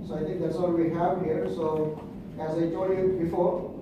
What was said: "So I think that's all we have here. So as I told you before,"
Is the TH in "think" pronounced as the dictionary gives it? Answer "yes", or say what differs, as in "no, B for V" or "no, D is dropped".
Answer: no, T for TH